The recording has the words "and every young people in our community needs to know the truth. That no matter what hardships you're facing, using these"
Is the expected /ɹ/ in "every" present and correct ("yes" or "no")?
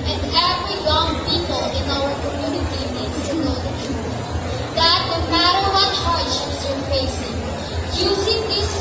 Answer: no